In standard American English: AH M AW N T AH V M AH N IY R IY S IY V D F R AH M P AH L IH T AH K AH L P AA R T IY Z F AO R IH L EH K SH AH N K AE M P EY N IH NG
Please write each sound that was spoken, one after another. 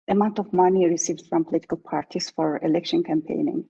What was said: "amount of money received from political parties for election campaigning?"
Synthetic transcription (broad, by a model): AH M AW N T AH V M AH N IY R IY S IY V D F R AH M P AH L IH T AH K AH L P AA R T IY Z F AO R IH L EH K SH AH N K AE M P EY N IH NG